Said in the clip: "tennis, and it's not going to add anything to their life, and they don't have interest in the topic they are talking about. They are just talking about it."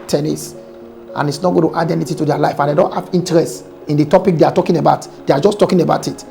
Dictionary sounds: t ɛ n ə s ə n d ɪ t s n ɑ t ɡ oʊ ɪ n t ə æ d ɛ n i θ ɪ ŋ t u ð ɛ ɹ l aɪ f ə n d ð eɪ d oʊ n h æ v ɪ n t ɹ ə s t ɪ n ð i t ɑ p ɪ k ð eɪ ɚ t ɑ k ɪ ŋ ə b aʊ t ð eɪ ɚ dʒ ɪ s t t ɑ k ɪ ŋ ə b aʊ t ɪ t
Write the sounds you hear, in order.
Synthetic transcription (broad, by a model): t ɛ n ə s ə n ɪ t s n ɑ t ɡ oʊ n t ə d ɛ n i t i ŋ t u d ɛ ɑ l aɪ f ə n d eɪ d oʊ n h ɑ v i n t ɹ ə s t ɪ n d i t ɑ p ɪ k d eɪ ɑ t ɑ k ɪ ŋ ə b aʊ t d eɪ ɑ dʒ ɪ s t t ɑ k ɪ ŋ ə b aʊ t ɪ t